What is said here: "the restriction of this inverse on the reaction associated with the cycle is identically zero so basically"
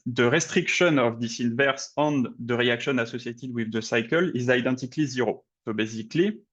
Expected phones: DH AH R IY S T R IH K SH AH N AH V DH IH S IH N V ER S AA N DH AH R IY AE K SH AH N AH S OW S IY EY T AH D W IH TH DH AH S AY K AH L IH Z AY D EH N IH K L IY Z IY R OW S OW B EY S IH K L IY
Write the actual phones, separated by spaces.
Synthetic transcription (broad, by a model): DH AH R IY S T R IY K SH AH N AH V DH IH S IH N V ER S AA N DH AH R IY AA K SH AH N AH S OW S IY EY T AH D W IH DH AH S AY K AH L IH Z AY D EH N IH K L IY Z IY R OW S OW B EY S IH K L IY